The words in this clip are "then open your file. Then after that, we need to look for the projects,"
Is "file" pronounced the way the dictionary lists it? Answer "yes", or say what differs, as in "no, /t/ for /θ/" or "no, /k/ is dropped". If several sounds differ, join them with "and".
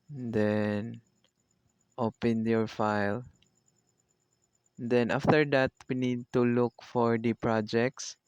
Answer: yes